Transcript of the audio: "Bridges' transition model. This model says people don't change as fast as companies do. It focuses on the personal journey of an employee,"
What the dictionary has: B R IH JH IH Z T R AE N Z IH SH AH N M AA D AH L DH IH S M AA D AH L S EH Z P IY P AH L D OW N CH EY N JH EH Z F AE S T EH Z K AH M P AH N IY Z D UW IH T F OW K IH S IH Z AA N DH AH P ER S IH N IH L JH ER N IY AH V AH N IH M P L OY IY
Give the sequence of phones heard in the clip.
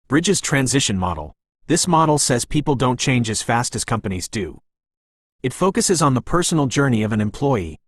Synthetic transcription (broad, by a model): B R IH JH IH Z T R AE N Z IH SH AH N M AA D L DH IH S M AA D L S EH Z P IY P L D OW N CH EY N JH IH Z F AE S T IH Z K AH M P AH N IY Z D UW IH T F OW K IH S IH Z N DH AH P ER S N L JH ER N IY AH V AH N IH M P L OY IY